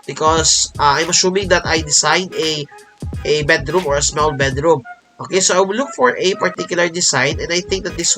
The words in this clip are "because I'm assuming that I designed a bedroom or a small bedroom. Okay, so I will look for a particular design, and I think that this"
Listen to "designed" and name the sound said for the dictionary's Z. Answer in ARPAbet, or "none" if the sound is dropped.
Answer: S